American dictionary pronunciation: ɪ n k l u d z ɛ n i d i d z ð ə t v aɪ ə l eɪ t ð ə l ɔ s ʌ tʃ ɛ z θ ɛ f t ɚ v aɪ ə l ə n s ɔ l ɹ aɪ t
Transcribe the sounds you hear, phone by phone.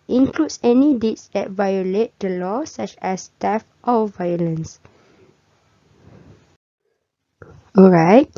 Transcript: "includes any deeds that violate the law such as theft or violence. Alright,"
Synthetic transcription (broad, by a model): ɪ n k l u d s ɛ n i d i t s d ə t v aɪ ə l eɪ t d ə l ɔ s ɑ tʃ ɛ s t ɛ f t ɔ v aɪ ə l ə n s ɔ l ɹ aɪ t